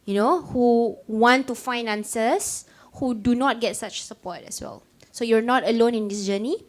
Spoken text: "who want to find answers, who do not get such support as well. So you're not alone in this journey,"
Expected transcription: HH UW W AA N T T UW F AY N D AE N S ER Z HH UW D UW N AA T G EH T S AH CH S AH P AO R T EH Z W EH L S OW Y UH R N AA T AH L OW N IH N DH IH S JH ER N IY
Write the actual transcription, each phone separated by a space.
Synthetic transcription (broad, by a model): HH UW W AA N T T UW F AY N AA N S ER S HH UW D UW N AA T G EH T S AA CH S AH P AO T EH S W EH L S OW Y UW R N AA T AH L OW N IH N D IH S JH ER N IY